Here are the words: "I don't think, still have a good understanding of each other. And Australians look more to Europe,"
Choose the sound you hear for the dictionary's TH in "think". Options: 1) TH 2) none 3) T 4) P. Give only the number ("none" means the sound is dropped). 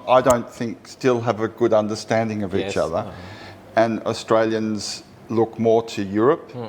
1